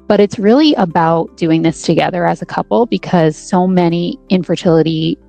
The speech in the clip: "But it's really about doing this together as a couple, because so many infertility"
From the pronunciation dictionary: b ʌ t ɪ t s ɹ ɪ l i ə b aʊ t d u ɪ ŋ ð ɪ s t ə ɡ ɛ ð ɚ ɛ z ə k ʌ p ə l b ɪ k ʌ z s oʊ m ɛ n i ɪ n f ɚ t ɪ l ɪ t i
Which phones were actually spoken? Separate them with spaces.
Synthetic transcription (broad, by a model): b ʌ t ɪ t s ɹ ɪ l i ə b aʊ t d u ɪ ŋ ð ɪ s t ə ɡ ɛ ð ɚ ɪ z ə k ʌ p l b ɪ k ʌ z s oʊ m ɛ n i ɪ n f ɚ t ɪ l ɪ t i